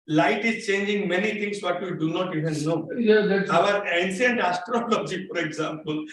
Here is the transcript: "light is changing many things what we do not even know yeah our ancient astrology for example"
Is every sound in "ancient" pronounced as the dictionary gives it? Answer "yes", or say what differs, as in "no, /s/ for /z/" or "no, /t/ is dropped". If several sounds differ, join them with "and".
no, /s/ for /ʃ/